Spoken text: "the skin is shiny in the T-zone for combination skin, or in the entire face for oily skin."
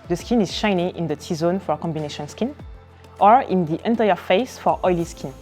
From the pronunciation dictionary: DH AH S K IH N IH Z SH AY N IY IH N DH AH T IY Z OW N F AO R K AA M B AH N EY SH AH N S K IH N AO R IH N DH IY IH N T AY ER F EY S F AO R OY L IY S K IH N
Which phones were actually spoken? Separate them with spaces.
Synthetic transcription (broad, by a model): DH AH S K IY N IH Z SH AY N IY IH N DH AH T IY Z OW N F AO R K AA M B AH N EY SH AH N S K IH N AO R IH N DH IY IH N T AY ER F EY S F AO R OY L IY S K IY N